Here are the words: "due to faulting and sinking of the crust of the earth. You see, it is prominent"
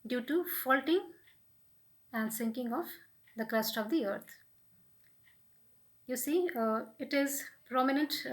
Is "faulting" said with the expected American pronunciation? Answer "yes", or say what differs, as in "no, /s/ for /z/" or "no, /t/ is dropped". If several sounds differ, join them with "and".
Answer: yes